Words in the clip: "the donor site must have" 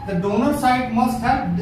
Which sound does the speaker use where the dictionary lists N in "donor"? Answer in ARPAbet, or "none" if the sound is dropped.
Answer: N